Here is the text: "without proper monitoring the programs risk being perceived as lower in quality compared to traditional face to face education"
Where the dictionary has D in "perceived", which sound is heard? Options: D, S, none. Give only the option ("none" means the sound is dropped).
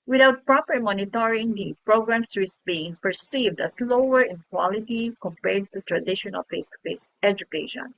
D